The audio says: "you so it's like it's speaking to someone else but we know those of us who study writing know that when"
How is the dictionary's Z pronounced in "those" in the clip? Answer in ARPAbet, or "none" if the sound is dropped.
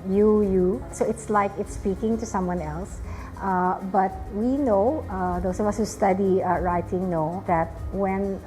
S